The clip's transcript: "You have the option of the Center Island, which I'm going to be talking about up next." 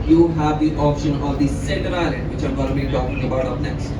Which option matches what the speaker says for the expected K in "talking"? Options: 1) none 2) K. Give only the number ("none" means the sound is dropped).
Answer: 2